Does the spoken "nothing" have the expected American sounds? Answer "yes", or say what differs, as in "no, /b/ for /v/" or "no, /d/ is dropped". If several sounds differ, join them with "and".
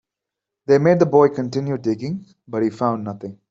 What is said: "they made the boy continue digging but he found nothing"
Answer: no, /t/ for /θ/